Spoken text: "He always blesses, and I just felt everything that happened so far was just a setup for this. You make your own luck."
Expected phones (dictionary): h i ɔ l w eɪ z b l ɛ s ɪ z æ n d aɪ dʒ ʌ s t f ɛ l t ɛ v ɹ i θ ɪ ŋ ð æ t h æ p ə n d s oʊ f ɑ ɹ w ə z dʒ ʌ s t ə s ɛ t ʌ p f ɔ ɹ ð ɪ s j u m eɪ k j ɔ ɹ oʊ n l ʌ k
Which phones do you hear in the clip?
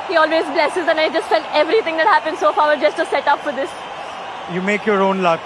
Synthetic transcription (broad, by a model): h i ɔ l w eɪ z b l ɛ s ɪ z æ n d aɪ dʒ ʌ s t f ɛ l t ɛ v ɹ i t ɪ ŋ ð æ t h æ p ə n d s oʊ f ɑ ɹ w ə dʒ ʌ s t ə s ɛ t ʌ p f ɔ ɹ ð ɪ s j u m eɪ k j ɔ ɹ oʊ n l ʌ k